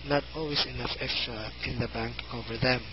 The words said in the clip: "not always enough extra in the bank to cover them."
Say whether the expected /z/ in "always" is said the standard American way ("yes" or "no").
no